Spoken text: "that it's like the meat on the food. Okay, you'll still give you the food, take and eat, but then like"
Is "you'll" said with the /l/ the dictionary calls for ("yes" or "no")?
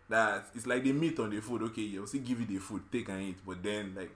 no